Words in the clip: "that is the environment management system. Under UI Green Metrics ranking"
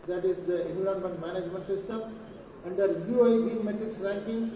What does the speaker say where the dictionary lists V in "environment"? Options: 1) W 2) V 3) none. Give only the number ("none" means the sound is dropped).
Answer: 3